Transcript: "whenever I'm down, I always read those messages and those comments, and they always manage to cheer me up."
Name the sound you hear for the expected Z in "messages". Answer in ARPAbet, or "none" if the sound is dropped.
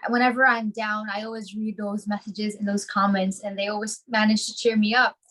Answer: Z